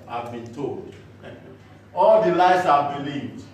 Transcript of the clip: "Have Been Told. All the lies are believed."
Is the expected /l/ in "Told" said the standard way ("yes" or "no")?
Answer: yes